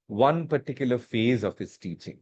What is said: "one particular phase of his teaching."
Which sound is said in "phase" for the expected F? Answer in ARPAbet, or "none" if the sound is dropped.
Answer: F